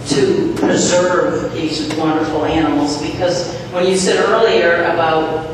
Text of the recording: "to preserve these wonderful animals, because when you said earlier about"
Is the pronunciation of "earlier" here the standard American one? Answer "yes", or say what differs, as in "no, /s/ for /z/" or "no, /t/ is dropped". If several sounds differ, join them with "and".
yes